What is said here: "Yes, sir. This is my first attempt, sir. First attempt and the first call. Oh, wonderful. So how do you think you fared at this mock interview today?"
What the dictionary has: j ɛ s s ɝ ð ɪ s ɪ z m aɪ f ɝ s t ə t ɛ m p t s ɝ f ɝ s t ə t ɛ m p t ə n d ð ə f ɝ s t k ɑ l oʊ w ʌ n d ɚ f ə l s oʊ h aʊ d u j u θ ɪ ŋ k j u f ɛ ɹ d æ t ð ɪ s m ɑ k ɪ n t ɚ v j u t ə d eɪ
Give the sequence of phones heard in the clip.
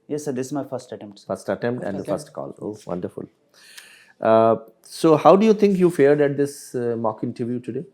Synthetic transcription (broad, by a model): j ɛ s s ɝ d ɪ s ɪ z m aɪ f ɝ s t ə t ɛ m p t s f ɝ s t ə t ɛ m p t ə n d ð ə f ɝ s t k ɑ l oʊ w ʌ n d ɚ f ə l s oʊ h aʊ d u j u t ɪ ŋ k j u f ɛ ɹ d æ t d ɪ s m ɑ k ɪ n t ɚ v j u t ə d eɪ